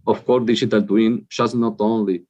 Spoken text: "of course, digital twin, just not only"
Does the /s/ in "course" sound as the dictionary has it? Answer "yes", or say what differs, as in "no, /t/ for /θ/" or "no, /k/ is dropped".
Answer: no, /s/ is dropped